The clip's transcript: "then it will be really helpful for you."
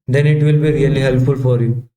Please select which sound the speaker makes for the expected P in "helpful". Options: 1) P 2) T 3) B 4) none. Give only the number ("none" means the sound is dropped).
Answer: 1